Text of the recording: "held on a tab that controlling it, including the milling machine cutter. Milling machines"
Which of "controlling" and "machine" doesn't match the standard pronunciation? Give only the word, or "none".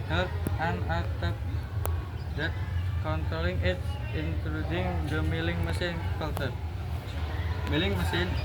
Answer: machine